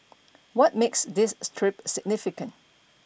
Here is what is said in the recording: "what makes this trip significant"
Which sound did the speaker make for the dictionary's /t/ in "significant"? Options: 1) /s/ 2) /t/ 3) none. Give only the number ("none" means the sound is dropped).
2